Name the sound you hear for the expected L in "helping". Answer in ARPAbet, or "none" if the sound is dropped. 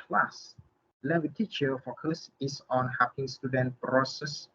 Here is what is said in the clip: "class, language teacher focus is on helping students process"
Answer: none